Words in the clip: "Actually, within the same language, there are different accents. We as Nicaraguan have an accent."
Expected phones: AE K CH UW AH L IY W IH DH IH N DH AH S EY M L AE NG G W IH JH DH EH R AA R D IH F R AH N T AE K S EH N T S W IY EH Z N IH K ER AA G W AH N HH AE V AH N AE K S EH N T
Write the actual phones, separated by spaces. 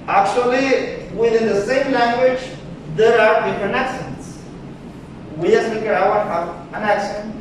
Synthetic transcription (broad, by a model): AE K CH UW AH L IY W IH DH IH N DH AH S EY M L AE NG G W IH JH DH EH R AA R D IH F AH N AE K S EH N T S W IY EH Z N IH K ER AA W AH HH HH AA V AH N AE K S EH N